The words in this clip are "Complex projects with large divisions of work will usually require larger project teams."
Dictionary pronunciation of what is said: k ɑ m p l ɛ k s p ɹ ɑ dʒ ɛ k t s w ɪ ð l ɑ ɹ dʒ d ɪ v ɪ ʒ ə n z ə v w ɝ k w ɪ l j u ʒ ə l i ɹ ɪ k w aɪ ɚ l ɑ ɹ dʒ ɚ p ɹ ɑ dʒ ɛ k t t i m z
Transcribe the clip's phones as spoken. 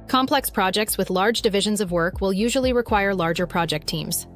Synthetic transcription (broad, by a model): k ɑ m p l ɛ k s p ɹ ɑ dʒ ɛ k t s w ɪ ð l ɑ ɹ dʒ d ɪ v ɪ ʒ ə n z ə v w ɝ k w ɪ l j u ʒ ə l i ɹ ɪ k w aɪ ɚ l ɑ ɹ dʒ ɚ p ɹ ɑ dʒ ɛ k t t i m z